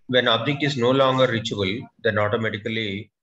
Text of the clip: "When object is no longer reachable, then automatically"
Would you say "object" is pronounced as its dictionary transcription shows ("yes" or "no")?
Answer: no